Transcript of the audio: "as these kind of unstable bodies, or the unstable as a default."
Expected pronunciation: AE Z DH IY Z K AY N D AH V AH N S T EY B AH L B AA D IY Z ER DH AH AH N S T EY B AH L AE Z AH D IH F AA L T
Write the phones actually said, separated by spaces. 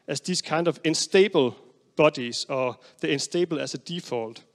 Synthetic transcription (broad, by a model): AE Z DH IY S K AY N D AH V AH N S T EY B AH L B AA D IY S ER DH AH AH N S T EY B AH L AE S AH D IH F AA L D